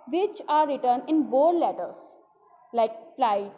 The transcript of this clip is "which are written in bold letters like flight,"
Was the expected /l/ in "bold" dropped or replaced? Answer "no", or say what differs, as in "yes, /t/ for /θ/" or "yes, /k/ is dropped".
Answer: yes, /l/ is dropped